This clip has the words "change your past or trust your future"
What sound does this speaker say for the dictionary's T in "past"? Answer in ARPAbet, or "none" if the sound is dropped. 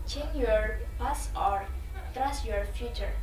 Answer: none